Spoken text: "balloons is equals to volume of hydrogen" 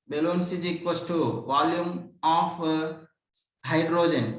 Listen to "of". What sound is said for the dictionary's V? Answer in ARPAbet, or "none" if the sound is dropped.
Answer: P